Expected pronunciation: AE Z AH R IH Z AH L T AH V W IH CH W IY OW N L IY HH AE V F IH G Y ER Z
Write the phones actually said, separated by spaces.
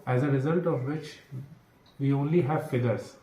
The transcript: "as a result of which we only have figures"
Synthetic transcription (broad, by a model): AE Z AH R IH Z AH L T AH V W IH CH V IY OW N L IY HH AE V F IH G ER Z